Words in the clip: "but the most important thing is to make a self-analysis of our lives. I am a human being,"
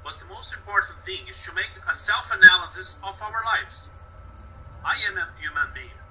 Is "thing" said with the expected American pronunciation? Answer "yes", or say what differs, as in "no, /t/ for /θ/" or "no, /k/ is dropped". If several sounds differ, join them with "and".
yes